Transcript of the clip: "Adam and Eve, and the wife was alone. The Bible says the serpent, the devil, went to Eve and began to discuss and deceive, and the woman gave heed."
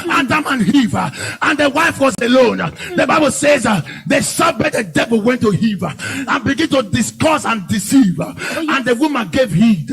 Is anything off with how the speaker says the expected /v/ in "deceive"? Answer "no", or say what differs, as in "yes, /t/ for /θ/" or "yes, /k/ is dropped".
no